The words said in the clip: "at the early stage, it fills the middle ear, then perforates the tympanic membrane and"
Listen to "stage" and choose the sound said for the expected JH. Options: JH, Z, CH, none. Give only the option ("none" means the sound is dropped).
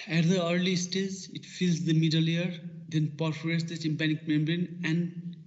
Z